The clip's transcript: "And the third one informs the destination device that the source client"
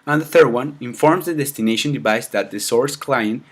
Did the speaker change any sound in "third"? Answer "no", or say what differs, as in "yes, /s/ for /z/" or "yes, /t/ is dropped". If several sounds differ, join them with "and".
no